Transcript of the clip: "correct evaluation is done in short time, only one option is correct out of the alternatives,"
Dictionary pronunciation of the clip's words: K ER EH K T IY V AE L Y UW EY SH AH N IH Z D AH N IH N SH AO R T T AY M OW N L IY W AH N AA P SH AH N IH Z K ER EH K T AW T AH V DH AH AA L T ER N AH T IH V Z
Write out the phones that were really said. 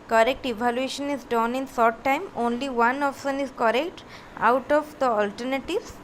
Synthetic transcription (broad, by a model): K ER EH K T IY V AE L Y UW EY SH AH N IH Z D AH N IH N S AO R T T AY M OW N L IY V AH N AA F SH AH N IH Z K ER EH K T AW T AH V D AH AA L T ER N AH T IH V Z